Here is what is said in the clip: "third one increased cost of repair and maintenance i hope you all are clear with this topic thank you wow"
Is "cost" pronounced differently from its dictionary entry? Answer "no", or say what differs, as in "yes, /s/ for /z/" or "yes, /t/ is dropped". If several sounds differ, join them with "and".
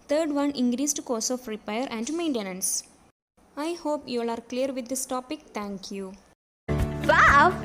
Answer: yes, /t/ is dropped